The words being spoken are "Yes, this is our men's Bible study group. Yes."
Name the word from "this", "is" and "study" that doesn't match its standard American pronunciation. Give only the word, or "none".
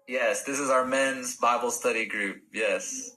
none